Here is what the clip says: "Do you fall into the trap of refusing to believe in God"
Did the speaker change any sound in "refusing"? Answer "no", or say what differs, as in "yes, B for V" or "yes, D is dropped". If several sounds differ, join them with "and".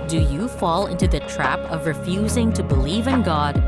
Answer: no